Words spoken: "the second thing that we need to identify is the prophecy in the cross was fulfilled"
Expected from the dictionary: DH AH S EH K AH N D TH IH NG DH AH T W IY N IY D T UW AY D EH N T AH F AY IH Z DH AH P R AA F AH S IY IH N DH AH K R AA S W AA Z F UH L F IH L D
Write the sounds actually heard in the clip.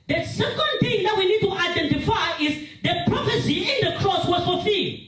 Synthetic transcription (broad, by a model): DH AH S EH K AH N D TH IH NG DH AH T W IY N IY D T UW AY D EH N T AH F AY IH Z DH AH P R AA F AH S IY IH N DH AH K R AA S W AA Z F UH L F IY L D